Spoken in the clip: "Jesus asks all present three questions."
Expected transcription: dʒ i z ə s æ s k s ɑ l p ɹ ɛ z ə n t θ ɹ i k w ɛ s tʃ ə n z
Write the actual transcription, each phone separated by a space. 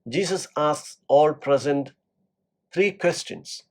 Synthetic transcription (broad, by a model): dʒ i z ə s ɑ s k s ɑ l p ɹ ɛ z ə n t t ɹ i k w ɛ s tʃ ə n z